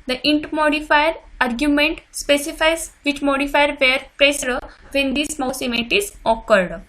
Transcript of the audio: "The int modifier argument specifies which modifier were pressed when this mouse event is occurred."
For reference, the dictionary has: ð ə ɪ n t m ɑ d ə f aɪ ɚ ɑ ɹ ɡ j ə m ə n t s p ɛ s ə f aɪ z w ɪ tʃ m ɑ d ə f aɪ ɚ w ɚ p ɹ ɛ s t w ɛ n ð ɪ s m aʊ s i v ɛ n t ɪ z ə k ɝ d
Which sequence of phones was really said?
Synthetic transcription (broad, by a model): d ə ɪ n t m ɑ d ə f aɪ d ɑ ɹ ɡ j ə m ə n t s p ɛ s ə f aɪ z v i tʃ m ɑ d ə f aɪ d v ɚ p ɹ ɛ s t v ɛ n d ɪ s m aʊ s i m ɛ t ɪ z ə k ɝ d